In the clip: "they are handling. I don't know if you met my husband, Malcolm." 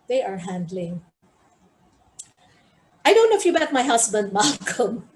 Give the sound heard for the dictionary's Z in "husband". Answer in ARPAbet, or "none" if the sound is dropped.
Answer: S